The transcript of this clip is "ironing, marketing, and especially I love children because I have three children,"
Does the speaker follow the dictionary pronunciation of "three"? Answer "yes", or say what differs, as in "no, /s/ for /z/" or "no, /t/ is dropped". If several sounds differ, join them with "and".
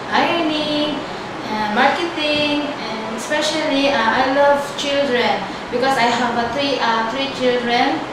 no, /t/ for /θ/